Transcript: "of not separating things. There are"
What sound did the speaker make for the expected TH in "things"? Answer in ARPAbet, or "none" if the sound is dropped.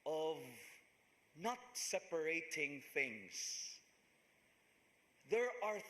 TH